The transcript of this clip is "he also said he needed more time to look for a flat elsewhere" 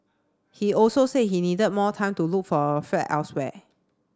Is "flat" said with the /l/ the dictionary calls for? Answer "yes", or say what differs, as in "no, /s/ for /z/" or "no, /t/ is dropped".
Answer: no, /l/ is dropped